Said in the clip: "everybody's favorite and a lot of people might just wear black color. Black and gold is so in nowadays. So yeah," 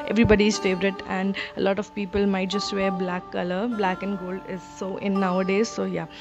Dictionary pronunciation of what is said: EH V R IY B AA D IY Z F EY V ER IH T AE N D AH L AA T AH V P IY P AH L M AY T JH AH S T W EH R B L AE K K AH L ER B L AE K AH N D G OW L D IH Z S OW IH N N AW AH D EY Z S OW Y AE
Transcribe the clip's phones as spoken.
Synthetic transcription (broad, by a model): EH V R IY B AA D IY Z F EY V ER IH T AE N D AH L AA T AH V P IY P AH L M AY T JH AH S T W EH R B L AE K K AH L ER B L AE K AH N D G OW L D IH Z S OW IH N N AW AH D EY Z S OW Y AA